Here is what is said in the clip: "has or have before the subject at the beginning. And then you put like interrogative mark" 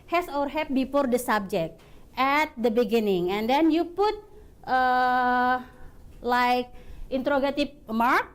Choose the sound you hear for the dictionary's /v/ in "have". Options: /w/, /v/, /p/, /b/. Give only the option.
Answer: /p/